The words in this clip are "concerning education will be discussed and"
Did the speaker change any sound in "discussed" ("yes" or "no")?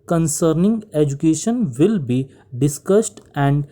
no